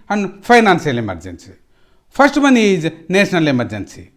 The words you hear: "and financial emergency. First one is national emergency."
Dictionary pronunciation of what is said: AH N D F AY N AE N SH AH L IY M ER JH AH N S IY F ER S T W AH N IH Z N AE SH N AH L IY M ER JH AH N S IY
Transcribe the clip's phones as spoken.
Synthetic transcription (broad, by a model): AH N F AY N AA N S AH L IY M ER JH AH N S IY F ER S T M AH N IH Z N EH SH N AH L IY M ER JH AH N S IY